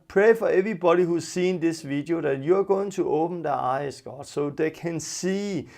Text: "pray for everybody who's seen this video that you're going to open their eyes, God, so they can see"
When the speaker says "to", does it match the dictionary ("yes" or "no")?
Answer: no